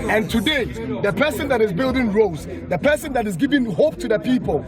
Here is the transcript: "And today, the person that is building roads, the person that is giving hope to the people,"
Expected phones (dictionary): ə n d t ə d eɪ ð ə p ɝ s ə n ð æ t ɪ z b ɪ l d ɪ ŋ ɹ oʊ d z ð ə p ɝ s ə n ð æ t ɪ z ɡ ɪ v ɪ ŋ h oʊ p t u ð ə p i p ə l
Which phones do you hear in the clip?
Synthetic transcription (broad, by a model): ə n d t ə d eɪ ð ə p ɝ s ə n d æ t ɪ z b ɪ l d ɪ ŋ ɹ oʊ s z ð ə p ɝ s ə n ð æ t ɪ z ɡ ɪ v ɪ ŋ h oʊ p t u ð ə p i p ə l